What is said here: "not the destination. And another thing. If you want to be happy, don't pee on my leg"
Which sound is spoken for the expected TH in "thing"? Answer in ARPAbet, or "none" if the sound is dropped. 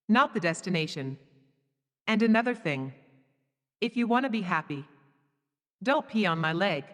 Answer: TH